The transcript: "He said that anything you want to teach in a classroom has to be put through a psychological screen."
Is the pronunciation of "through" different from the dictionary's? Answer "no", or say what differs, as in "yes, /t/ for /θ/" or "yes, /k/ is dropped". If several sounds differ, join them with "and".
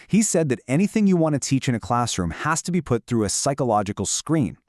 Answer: no